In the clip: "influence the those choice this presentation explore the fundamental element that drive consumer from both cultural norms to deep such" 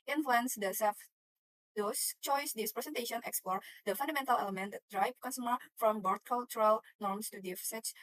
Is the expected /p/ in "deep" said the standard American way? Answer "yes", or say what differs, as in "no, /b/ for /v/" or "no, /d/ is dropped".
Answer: no, /f/ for /p/